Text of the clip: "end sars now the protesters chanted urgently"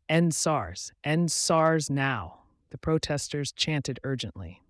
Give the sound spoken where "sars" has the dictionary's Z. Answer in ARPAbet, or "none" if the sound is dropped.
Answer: Z